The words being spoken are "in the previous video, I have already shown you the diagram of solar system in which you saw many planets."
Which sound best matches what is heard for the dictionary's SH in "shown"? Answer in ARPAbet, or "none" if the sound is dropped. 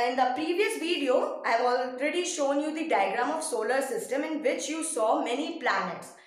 SH